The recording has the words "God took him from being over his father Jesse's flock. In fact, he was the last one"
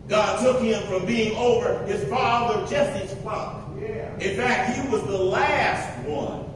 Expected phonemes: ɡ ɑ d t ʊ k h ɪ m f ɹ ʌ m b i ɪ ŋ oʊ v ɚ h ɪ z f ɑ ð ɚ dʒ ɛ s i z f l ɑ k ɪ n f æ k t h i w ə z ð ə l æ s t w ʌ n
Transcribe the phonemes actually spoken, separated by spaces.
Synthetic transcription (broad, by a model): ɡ ɑ d t ʊ k h ɪ m f ɹ ʌ m b i ɪ ŋ oʊ v ɚ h ɪ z f ɑ ð ɚ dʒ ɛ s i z p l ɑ ɪ n f æ k t h i w ə z ð ə l æ s t w ʌ n